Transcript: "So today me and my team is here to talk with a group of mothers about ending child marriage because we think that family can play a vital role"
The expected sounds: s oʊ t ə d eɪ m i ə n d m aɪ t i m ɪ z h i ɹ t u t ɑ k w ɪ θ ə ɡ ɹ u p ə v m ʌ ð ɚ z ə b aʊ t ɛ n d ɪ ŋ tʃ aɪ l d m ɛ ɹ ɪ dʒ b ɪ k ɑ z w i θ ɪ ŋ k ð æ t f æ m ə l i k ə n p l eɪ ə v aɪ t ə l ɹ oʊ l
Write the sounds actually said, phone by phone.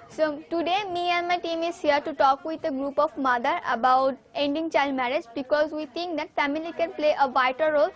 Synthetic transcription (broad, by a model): s oʊ t ə d eɪ m i ə n d m aɪ t i m ɪ z h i ɹ t u t ɑ k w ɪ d ə ɡ ɹ u p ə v m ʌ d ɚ ə b aʊ t ɛ n d ɪ ŋ tʃ aɪ l d m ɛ ɹ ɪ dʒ b ɪ k ɑ z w i t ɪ ŋ k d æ t f æ m ə l i k ə n p l eɪ ə v aɪ t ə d ɹ oʊ l